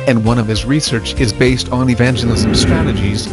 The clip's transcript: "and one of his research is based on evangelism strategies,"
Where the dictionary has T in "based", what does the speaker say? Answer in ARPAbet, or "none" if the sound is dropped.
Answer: T